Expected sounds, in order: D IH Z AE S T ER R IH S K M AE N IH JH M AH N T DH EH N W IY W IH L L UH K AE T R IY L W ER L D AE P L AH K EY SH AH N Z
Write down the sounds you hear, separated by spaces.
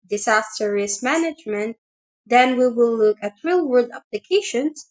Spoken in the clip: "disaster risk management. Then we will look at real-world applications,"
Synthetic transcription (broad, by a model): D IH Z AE S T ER R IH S M AE N IH JH M AH N T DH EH N W IY W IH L L UH K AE T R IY L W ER D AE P L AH K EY SH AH N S